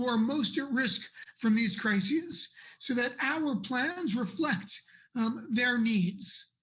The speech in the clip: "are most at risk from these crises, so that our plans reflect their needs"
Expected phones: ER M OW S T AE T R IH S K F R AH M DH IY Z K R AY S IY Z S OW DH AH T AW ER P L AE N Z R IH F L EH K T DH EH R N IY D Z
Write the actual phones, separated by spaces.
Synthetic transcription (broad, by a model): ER M OW S T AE T R IH S K F R AH M DH IY Z K R AY S IY Z S OW DH AH T AW ER P L AE N Z R IH F L EH K T DH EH R N IY D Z